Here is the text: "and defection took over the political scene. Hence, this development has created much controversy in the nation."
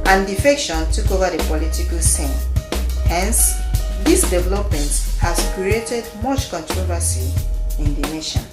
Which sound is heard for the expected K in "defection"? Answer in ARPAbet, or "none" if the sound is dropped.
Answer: K